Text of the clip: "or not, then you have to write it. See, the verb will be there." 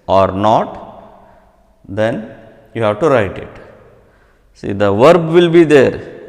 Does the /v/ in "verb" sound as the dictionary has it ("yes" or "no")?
yes